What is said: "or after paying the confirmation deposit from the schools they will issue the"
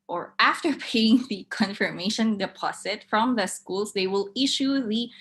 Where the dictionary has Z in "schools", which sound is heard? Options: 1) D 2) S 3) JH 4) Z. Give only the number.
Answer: 2